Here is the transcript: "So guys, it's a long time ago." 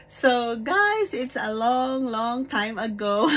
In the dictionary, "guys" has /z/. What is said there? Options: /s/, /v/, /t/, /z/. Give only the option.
/s/